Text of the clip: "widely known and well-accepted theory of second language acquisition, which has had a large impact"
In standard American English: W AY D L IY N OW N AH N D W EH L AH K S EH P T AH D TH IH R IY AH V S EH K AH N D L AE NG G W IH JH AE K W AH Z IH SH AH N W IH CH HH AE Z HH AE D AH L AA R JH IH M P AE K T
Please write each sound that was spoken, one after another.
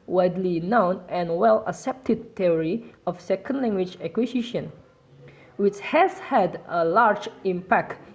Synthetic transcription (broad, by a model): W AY D L IY N OW N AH N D W EH L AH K S EH P T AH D T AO R IY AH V S EH K AH N D L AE NG G W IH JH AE K W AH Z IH SH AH N W IH CH HH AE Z HH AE D AH L AA R JH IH M P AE K T